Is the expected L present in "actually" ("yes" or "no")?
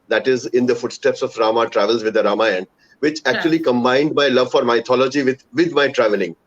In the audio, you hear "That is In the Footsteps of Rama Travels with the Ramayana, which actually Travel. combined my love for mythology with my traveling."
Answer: no